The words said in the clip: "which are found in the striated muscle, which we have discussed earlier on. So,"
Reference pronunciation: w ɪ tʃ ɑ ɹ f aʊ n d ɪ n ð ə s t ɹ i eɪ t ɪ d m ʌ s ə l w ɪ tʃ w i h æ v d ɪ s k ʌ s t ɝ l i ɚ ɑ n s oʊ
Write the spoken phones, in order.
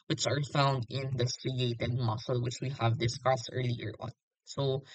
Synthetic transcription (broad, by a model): w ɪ tʃ ɑ ɹ f aʊ n d ɪ n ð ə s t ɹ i eɪ t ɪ d m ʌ s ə l w ɪ tʃ w i h æ v d ɪ s k ʌ s t ɝ l i ɚ ɑ n s oʊ